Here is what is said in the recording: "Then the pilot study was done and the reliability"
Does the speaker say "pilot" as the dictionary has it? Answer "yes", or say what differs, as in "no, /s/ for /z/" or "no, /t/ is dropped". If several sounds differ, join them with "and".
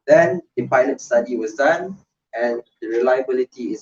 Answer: yes